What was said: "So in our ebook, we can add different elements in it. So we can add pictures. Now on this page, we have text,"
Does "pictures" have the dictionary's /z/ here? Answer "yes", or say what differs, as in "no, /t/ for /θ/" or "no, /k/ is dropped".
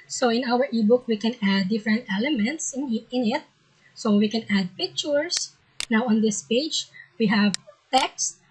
no, /s/ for /z/